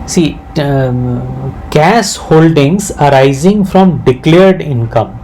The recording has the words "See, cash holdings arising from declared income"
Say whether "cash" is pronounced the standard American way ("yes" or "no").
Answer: no